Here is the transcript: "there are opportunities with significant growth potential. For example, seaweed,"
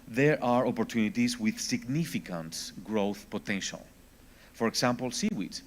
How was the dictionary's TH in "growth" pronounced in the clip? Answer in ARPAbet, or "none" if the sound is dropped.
TH